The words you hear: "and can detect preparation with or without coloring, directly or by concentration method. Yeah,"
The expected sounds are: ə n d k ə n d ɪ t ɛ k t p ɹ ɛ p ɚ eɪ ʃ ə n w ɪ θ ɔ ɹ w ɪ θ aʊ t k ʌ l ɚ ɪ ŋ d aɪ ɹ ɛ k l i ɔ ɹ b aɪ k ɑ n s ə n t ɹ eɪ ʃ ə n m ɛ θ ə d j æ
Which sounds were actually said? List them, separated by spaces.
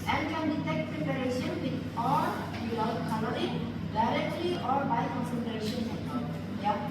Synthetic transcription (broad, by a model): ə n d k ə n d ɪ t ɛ k t p ɹ ɛ p ɚ eɪ ʃ ə n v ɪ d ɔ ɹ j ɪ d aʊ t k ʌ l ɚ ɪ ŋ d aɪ ɹ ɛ k l i ɔ ɹ b aɪ k ɑ n s ə n t ɹ eɪ ʃ ə n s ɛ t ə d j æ